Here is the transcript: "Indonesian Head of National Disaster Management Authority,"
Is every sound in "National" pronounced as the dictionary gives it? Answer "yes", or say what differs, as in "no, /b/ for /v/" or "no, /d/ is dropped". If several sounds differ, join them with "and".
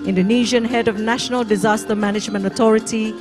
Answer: yes